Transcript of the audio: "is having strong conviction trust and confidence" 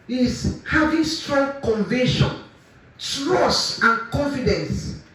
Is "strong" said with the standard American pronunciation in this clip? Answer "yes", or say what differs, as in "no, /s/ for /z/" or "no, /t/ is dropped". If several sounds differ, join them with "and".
yes